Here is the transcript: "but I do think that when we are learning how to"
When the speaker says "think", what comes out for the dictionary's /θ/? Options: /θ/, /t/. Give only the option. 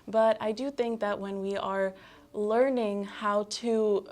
/θ/